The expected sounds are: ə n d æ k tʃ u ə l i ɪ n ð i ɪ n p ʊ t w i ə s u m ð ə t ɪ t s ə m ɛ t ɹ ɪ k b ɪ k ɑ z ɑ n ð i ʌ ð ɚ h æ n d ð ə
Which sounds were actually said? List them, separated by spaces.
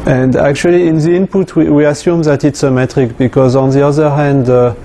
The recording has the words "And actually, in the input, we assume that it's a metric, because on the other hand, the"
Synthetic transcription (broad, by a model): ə n d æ k tʃ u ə l i ɪ n ð i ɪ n p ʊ t w i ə s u m ð ə t ɪ t s ə m ɛ t ɹ ɪ k b ɪ k ɑ z ɑ n ð i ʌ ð ɚ h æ n d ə